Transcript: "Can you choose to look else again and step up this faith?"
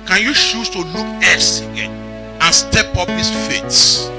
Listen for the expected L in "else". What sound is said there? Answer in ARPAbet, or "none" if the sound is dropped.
none